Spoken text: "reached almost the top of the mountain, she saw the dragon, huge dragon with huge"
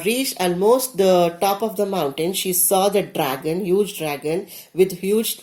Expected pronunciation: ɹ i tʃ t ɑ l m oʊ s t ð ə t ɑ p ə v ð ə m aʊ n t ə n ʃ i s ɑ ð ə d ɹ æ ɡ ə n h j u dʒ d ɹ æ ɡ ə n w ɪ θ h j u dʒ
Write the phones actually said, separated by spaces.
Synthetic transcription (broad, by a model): ɹ i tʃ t ɑ l m oʊ s t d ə t ɑ p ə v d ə m aʊ n t ə n ʃ i s ɑ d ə d ɹ æ ɡ ə n h j u dʒ d ɹ æ ɡ ə n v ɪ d h j u dʒ